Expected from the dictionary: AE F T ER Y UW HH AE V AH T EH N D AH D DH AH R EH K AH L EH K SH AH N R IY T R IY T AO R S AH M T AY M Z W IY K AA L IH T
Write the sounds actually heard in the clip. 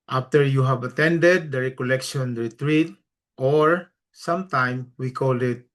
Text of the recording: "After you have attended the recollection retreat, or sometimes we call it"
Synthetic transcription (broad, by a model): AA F T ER Y UW HH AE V AH T EH N D AH D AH R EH K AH L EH K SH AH N R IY T R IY T AO R S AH M T AY M W IY K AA L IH T